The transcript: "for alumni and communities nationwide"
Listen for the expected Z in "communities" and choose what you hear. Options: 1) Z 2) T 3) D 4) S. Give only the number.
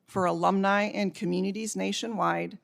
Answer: 1